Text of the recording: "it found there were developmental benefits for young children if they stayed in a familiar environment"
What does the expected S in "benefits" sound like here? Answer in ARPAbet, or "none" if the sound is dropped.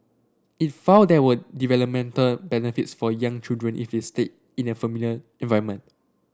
S